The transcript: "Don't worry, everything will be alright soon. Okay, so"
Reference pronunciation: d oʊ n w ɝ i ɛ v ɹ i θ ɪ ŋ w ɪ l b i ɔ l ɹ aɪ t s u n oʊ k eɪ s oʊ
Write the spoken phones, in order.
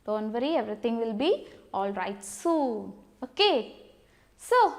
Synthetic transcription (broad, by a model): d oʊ n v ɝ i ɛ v ɹ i t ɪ ŋ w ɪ l b i ɔ l ɹ aɪ t s u n oʊ k eɪ s oʊ